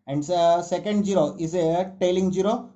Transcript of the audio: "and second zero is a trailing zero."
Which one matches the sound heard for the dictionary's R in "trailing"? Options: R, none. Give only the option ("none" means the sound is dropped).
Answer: none